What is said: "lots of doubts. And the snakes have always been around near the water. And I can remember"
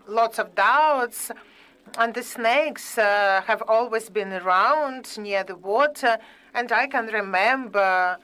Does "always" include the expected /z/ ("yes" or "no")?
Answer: yes